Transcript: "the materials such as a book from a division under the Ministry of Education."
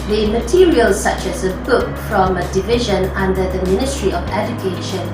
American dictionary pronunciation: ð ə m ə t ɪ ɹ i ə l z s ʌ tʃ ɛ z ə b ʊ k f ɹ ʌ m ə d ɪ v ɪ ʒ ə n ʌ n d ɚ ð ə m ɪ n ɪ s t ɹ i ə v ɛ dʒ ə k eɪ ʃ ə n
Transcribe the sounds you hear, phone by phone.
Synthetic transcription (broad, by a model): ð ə m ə t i ɹ i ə l s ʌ tʃ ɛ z ə b ʊ k f ɹ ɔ m ə d ɪ v ɪ ʒ ə n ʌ n d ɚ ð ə m ɪ n ɪ s t ɹ i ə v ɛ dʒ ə k eɪ ʃ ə n